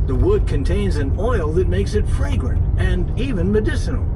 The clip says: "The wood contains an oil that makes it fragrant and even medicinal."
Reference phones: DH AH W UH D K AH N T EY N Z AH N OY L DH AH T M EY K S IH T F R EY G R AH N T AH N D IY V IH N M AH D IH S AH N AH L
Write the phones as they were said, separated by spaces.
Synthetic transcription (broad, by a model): DH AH W UH D K AH N T EY N Z AH N OY L DH AH T M EY K S IH T F R EY G R AH N T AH N IY V IH N M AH D IH S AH N L